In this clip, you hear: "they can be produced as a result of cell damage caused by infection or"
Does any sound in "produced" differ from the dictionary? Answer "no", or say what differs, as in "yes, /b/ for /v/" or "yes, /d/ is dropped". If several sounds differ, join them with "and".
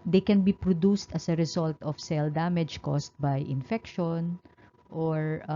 no